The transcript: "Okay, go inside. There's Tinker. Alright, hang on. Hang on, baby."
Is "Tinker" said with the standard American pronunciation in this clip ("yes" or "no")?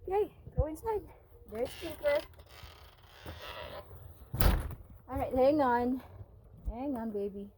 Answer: no